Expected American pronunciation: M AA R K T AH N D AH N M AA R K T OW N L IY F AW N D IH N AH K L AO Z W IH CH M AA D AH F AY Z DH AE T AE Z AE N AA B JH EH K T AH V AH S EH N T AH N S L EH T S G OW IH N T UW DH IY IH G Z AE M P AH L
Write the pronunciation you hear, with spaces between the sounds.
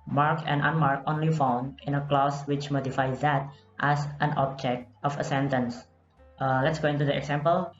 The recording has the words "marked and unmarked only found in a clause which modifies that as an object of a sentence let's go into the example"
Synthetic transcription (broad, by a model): M AA R K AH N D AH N M AA R K OW N L IY F AW N D IH N AH K L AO S W IH CH M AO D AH F AY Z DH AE T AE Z AE N AA B JH EH K T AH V AH S EH N T AH N S L EH T S G OW IH N T UW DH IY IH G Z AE M P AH L